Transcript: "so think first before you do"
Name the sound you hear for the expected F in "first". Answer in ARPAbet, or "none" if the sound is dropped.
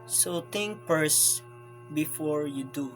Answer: P